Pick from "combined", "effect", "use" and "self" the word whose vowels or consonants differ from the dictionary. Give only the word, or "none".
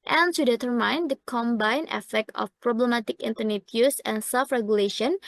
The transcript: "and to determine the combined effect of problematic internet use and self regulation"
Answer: combined